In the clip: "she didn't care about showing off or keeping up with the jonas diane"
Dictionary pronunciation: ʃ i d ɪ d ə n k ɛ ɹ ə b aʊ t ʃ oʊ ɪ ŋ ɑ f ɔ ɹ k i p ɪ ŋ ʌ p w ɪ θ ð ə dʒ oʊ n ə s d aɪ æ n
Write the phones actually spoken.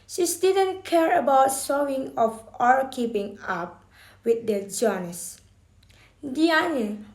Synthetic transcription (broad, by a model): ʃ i d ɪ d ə n k ɛ ɹ ə b aʊ t s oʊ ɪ ŋ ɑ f ɔ ɹ k i p ɪ ŋ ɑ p w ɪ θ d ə dʒ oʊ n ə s d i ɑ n